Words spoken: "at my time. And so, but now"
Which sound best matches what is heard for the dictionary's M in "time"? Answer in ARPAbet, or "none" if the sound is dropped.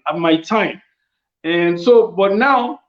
M